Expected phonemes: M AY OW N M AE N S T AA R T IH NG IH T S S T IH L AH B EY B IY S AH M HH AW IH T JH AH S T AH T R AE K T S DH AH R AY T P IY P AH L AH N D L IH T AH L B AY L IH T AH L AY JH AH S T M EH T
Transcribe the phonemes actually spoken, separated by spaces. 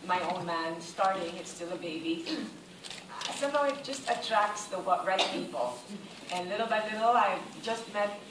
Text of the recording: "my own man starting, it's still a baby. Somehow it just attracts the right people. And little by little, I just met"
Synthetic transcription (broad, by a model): M AY OW N M AE N S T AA R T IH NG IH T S S T IH L AH B EY B IY S AH M HH AW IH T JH AH S T AH T R AE K T S DH AH W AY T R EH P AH L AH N L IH T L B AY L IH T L AY JH AH S T M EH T